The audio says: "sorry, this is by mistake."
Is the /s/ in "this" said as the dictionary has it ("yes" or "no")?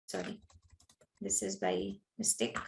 yes